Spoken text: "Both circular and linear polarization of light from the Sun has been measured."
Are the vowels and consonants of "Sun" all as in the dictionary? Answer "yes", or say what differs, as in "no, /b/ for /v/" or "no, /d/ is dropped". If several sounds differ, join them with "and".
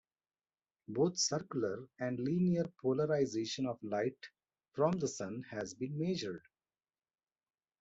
yes